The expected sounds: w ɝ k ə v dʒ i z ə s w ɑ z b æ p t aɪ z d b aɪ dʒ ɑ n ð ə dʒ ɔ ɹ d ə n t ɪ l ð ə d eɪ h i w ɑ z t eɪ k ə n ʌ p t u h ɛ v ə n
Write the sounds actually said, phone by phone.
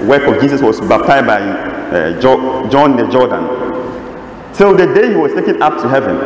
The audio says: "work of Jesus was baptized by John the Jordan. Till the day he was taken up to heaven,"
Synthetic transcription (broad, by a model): w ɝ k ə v dʒ i s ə s w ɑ s b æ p t aɪ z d b aɪ dʒ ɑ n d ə dʒ ɔ d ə n t ɪ l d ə d eɪ h i w ɑ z t eɪ k ə n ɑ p t u h ɛ v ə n